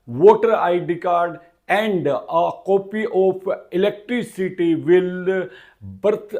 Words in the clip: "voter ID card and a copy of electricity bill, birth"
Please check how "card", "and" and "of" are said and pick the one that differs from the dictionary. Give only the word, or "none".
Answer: of